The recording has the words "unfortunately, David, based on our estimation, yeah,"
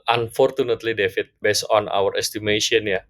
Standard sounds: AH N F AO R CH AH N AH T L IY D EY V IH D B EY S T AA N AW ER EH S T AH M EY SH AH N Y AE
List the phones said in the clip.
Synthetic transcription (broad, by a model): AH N F AO R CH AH N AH T L IY D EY F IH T B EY S AA N AW ER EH S T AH M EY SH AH N Y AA